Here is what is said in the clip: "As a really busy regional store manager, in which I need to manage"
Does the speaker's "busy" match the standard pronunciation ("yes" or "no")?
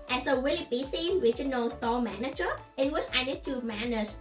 no